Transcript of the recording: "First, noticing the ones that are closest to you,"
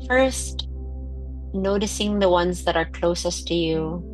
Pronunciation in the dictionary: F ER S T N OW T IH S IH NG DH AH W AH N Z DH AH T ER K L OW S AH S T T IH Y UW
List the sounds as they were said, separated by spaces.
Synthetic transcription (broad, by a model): F ER S T N OW T IH S IH NG DH AH W AH N Z DH AH T ER K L OW S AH S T T IH Y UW